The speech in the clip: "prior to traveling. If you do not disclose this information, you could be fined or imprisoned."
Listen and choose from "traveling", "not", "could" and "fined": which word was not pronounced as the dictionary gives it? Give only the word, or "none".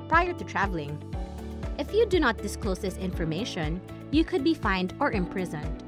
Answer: none